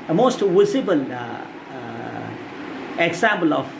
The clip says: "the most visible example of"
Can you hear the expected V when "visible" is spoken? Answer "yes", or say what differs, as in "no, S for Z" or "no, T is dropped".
no, W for V